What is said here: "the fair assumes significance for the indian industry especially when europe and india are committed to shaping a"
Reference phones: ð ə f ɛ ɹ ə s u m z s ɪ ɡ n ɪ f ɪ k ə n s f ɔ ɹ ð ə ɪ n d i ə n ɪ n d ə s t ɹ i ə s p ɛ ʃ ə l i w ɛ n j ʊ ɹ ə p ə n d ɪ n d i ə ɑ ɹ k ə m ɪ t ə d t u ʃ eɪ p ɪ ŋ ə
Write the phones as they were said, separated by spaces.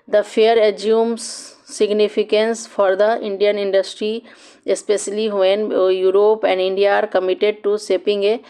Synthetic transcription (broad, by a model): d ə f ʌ ɹ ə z u m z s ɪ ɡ n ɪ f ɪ k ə n s f ɔ ɹ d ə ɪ n d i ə n ɪ n d ə s t ɹ i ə s p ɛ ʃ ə l i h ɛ n j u ɹ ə p ə n d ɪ n d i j ɑ ɹ k ə m ɪ t ə d t u s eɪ p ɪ ŋ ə